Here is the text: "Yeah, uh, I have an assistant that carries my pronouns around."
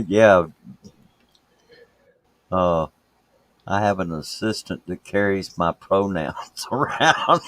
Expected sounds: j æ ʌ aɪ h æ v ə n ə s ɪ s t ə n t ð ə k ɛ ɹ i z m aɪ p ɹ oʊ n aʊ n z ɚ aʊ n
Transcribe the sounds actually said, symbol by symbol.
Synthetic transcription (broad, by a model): j æ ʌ aɪ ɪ v ə n ə s ɪ s t ə n t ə k ɛ ɹ i z m aɪ p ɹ oʊ n aʊ n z ɚ aʊ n